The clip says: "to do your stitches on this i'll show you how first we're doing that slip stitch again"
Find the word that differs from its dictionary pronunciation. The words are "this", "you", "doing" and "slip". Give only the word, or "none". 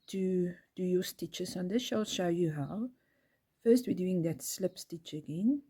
this